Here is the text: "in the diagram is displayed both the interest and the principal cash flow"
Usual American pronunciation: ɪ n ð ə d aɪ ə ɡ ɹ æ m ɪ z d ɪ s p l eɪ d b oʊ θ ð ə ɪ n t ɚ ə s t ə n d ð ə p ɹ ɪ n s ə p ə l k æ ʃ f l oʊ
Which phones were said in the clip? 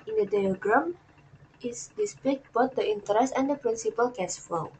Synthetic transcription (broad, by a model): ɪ n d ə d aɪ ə ɡ ɹ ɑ m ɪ s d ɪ s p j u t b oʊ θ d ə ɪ n t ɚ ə s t ə n d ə p ɹ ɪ n s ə p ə l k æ s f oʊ